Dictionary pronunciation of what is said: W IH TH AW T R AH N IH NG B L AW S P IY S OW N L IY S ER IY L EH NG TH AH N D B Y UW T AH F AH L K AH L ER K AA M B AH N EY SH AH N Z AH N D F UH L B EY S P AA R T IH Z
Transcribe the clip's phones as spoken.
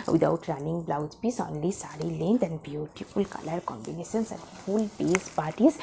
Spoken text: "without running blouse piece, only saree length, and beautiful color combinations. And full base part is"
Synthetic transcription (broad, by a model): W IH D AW T R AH N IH NG B L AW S P IY S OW N L IY S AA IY L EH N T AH N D B Y UW T AH F AH L K AH L ER K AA M B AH N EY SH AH N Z AH N D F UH L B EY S P AA R T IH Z